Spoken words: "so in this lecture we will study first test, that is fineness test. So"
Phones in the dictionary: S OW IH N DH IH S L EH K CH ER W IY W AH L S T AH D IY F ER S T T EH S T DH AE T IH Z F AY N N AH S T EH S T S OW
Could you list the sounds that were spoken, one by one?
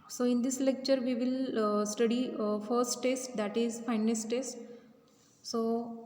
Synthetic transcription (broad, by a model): S OW IH N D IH S L EH K CH ER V IY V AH L S T AH D IY F ER S T T EH S T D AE T IH Z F AY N N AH S T EH S T S OW